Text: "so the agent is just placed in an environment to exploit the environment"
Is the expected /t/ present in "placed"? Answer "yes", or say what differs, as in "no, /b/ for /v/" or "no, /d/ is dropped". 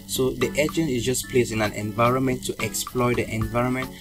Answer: no, /t/ is dropped